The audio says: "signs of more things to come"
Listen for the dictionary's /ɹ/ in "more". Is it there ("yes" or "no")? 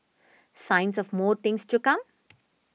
yes